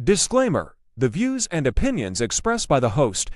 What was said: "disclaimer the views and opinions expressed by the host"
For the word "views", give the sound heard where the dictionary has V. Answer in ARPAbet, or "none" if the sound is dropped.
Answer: V